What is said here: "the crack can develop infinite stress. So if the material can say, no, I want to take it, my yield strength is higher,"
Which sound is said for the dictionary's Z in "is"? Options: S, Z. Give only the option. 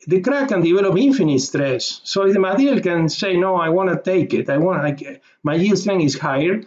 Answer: S